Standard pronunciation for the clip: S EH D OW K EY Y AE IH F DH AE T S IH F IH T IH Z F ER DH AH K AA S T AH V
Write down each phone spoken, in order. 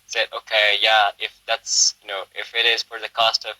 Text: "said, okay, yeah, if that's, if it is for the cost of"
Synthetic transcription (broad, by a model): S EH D OW K EY Y AE IH F DH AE T S IH F IH T IH Z F ER DH AH K AA S T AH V